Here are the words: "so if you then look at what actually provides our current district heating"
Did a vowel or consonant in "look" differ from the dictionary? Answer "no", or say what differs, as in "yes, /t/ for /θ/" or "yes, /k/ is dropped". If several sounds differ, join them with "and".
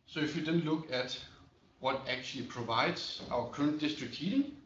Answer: no